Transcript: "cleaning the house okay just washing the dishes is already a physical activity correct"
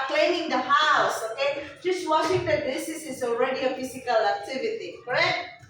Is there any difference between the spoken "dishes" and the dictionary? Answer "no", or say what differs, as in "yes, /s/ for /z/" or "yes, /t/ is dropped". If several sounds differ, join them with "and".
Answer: yes, /s/ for /ʃ/